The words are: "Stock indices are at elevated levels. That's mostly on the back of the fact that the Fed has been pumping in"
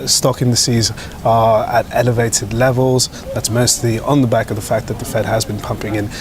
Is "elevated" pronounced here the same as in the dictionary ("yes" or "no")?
yes